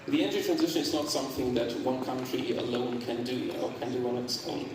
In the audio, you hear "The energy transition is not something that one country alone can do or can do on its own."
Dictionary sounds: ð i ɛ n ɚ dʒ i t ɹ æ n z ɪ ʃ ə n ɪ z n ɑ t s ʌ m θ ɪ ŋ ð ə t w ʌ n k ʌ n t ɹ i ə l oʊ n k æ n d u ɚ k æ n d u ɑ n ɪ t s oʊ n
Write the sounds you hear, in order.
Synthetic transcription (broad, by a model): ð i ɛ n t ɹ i t ɹ æ n z ɪ ʃ ə n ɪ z n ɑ t s ʌ m θ ɪ ŋ ð ə t w ʌ n k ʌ n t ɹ i ə l oʊ n k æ n d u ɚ k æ n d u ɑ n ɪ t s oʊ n